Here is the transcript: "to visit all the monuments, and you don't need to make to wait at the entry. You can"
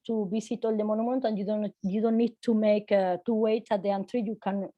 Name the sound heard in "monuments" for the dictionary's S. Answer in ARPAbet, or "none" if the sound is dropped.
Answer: none